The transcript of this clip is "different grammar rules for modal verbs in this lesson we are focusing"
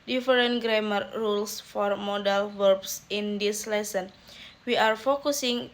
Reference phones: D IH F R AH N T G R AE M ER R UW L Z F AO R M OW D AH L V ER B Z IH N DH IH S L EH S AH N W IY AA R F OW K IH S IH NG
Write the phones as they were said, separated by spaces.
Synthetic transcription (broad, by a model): D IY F R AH N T G R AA M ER R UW L S F AO R M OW D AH L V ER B S IH N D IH S L EH S AH N W IY AA R F OW K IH S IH NG